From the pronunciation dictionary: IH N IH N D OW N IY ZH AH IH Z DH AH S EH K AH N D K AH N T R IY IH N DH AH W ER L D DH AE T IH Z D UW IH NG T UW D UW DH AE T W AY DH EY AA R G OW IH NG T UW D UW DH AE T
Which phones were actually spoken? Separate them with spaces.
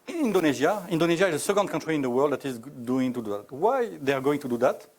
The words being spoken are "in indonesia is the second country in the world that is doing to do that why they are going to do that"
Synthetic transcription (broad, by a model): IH N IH N D OW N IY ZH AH IH Z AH S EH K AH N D K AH N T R IY IH N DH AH W ER L D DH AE T IH Z D UW IH NG T UW D UW DH AE T W AY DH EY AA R G OW IH NG T UW D UW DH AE T